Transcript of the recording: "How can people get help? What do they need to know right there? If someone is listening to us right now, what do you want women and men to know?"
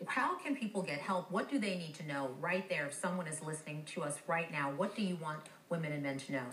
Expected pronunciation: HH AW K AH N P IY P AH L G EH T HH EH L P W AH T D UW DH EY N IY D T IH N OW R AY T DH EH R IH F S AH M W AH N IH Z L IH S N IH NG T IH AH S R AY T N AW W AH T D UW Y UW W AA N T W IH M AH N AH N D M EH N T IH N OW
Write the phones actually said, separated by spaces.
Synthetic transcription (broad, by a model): HH AW K AH N P IY P L G EH T HH EH L P W AH T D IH DH EY N IY D T IH N OW R AY T DH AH R IH F S AH M W AH N IH Z L IH S N IH NG T IH AH S R AY T N AW W AH T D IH Y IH W AA N T W IH M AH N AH N M EH N T IH N OW